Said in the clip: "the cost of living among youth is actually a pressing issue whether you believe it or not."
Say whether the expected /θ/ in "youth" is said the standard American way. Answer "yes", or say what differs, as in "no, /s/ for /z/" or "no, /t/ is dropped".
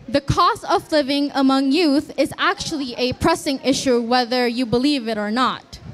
yes